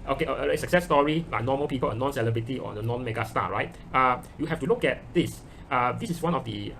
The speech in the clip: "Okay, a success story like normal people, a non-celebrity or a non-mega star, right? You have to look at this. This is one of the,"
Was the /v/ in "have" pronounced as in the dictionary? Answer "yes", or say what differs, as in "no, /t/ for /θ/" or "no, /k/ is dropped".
no, /f/ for /v/